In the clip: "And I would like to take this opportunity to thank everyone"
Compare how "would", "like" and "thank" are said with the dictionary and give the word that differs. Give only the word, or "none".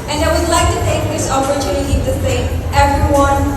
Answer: thank